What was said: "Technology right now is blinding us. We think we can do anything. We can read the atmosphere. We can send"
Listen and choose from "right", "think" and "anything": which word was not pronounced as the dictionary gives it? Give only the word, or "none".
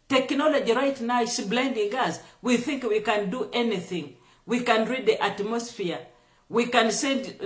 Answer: none